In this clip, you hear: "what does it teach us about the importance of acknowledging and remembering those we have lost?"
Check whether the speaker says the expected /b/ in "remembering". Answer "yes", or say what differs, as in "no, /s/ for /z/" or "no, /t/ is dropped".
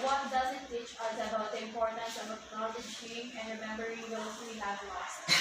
yes